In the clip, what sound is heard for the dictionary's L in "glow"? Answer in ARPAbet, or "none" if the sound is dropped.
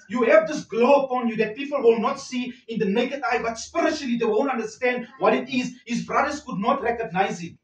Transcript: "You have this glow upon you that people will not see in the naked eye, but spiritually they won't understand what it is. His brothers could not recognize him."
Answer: L